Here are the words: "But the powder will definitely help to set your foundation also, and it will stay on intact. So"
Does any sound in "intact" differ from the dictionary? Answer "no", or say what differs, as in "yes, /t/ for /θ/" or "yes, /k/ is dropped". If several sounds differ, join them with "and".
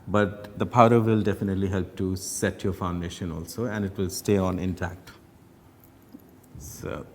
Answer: no